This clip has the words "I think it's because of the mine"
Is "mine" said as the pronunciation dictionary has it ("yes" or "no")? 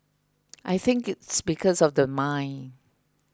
yes